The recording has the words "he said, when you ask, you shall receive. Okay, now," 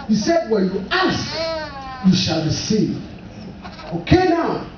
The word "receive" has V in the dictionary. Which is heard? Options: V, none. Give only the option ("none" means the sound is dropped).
none